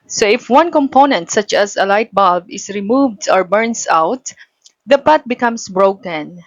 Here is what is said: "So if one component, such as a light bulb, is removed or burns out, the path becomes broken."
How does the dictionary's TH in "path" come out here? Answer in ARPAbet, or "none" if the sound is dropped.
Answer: T